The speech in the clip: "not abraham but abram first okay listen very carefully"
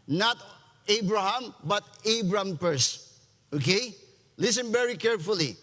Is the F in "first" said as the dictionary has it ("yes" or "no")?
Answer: no